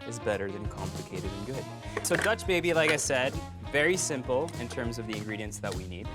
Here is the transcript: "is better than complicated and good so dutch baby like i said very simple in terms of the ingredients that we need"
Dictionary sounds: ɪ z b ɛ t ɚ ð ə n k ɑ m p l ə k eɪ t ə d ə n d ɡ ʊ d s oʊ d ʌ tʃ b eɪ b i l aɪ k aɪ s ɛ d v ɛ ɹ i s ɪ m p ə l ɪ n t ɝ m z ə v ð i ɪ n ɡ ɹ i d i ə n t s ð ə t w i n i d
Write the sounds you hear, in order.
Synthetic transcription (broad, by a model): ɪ z b ɛ t ɚ ð ə n k ɑ m p l ə k eɪ t ə d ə n ɡ ʊ d s oʊ d ʌ tʃ b eɪ b i l aɪ k aɪ s ɛ d v ɛ ɹ i s ɪ m p l ɪ n t ɝ m z ə v ð i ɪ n ɡ ɹ i d i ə n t s ð ə t w i n i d